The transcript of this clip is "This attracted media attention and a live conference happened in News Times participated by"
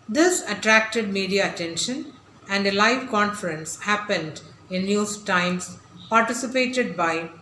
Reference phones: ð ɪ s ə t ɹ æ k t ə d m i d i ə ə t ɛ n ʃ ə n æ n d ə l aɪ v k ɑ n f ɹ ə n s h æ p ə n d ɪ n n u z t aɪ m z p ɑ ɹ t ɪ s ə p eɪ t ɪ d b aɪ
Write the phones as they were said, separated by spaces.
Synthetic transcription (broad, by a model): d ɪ s ə t ɹ æ k t ə d m i d i ə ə t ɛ n ʃ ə n æ n d ə l aɪ v k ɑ n f ɹ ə n s h æ p ə n d ɪ n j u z t aɪ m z p ɑ ɹ t ɪ s ə p eɪ t ɪ d b aɪ